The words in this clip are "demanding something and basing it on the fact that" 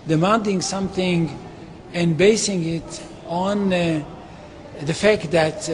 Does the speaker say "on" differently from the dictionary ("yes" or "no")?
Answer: no